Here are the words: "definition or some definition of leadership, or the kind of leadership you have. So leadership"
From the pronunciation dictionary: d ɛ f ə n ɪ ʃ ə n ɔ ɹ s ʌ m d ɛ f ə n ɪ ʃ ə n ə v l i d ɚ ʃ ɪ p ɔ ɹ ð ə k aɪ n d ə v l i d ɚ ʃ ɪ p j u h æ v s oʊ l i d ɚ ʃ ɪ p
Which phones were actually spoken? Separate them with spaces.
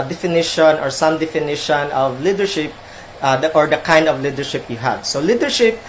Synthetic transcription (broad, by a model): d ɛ f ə n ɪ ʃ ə n ɔ ɹ s ʌ m d ɛ f ə n ɪ ʃ ə n ə v l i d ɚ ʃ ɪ p ɔ ɹ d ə k aɪ n d ə v l i d ɚ ʃ ɪ p j u h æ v s oʊ l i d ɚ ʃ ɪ p